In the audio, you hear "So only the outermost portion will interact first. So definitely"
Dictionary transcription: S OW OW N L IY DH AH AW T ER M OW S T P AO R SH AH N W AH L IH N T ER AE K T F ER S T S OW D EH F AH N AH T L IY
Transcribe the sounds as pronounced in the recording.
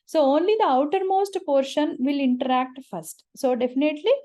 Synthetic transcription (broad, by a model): S OW OW N L IY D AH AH T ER M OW S T P AO R SH AH N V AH L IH N T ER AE K T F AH S T S OW D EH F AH N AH T L IY